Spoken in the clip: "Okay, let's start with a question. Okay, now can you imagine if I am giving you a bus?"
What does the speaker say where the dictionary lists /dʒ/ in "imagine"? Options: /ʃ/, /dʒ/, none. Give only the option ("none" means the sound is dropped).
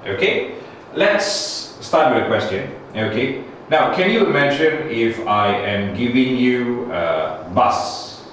/ʃ/